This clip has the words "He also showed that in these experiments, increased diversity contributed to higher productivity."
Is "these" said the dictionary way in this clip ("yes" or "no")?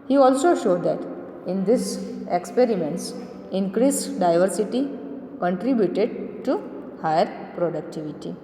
no